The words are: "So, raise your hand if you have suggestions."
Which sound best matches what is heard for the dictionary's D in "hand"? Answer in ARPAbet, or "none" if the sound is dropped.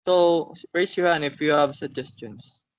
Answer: none